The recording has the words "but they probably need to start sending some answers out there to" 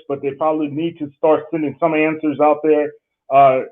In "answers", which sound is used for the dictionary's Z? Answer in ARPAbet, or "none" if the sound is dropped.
Z